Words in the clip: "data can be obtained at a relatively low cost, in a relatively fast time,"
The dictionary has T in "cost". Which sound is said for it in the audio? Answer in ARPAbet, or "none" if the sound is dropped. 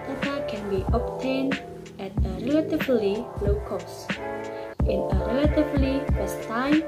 T